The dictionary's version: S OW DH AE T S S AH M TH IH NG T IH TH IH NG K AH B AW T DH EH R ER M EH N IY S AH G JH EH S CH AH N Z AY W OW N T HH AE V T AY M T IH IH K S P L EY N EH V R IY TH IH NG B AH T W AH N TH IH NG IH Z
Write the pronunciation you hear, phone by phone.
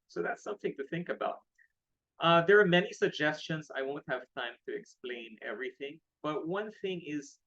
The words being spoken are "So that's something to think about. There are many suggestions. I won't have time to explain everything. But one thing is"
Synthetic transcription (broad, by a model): S OW DH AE T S S AH M TH IH NG T IH TH IH NG K AH B AW T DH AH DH ER M EH N IY S AH G JH EH S CH AH N Z AY W OW N T HH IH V T AY M T IH IH K S P L EY N EH V R IY TH IH NG B AH T W AH N TH IH NG IH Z